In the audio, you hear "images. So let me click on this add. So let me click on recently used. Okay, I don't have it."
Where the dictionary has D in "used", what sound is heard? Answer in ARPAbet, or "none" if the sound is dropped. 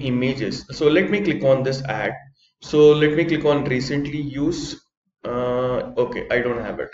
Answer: none